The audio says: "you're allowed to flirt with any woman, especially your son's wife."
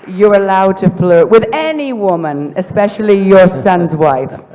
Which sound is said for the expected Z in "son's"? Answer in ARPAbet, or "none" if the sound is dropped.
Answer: Z